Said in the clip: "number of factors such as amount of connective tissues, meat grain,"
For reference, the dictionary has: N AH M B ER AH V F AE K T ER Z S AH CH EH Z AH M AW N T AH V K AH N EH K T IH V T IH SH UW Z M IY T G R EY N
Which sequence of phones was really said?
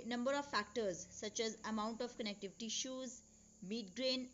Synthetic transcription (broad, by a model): N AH M B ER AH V F AE K T ER Z S AH CH EH Z AH M AW N T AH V K AH N EH K T IH V T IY SH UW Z M IY T G R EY N